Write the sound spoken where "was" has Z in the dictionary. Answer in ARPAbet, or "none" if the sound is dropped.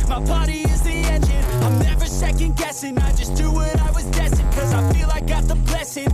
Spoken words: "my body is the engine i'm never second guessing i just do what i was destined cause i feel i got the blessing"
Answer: Z